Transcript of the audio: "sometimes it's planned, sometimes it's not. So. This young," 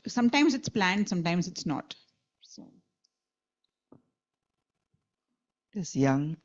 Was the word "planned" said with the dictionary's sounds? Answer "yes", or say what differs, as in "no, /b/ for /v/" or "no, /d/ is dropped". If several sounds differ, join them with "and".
yes